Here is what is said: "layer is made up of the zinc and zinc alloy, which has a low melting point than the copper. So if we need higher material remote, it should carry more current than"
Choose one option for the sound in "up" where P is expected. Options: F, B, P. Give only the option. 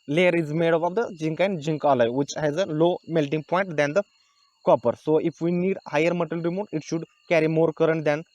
B